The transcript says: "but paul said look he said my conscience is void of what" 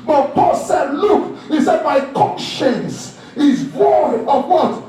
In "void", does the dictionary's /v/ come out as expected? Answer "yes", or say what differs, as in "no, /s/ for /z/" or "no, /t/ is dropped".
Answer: no, /w/ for /v/